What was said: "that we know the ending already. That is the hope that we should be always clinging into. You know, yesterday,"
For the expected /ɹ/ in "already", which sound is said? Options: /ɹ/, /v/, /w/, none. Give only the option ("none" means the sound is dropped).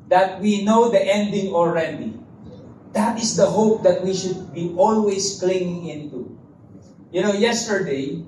/ɹ/